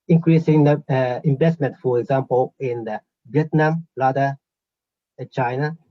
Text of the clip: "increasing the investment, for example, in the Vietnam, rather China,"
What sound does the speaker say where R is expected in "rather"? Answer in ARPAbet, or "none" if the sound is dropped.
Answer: L